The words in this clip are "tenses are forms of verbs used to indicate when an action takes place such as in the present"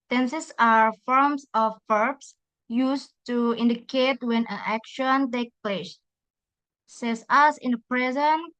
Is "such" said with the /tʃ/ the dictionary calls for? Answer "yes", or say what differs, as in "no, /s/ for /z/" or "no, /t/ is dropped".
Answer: no, /s/ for /tʃ/